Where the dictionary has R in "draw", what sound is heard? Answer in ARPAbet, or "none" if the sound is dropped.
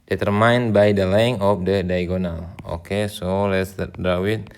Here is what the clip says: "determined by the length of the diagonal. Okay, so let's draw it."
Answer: none